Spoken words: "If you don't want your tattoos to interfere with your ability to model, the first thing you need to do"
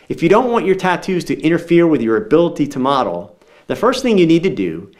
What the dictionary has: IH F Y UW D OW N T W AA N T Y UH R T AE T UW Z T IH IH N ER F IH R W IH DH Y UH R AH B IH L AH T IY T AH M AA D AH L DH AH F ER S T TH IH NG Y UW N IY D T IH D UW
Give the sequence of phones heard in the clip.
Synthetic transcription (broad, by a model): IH F Y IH D OW N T W AA N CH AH R T AE T UW Z T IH IH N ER F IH R W IH DH Y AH R AH B IH L AH T IY T AH M AA D L DH AH F ER S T TH IH NG Y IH N IY D T IH D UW